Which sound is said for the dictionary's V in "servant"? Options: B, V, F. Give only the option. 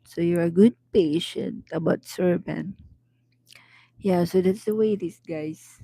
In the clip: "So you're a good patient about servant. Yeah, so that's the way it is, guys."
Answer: B